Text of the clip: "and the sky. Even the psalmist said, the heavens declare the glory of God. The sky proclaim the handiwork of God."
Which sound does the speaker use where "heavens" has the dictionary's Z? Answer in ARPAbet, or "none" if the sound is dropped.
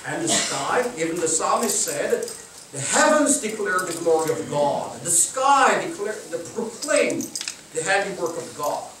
Z